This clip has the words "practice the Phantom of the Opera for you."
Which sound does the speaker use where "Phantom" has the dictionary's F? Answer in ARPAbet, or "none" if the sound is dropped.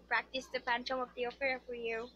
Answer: P